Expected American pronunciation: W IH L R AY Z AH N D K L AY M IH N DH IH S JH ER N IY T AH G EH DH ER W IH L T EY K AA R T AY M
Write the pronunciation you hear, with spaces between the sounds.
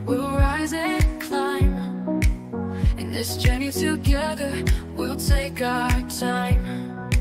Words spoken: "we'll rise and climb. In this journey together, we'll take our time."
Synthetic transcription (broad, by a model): W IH L R AY Z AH K L AY M IH N DH IH S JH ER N IY T AH G EH DH ER W IH L T EY K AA T AY M